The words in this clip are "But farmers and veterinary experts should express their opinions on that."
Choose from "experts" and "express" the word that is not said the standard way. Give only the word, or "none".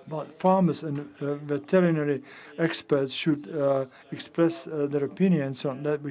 none